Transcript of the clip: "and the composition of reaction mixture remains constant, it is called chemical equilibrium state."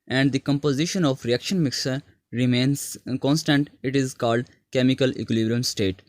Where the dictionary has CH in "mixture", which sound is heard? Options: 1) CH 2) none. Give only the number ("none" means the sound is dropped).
2